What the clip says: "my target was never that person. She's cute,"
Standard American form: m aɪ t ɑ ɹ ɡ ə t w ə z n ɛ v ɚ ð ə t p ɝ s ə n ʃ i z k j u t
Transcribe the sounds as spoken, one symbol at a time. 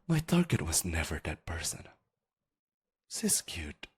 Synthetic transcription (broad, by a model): m aɪ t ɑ ɹ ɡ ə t w ə z n ɛ v ɚ ð ə t p ɝ s ə n s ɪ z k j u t